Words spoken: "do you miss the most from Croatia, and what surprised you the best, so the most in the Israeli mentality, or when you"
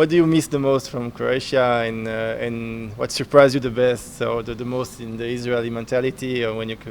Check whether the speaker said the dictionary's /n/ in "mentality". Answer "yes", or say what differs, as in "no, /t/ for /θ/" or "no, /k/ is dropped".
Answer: yes